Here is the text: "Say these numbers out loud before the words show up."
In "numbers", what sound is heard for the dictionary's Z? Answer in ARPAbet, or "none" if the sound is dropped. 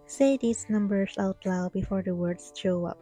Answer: S